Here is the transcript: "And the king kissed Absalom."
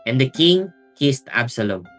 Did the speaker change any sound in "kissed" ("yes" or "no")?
no